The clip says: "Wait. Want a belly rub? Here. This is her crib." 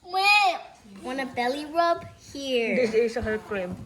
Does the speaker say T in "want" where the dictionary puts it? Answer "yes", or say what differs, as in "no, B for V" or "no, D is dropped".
no, T is dropped